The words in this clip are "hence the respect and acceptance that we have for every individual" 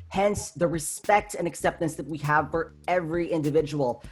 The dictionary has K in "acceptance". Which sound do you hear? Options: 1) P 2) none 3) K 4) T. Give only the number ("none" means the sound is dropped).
3